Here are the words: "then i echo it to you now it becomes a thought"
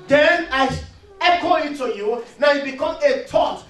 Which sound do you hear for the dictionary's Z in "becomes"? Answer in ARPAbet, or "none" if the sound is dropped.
none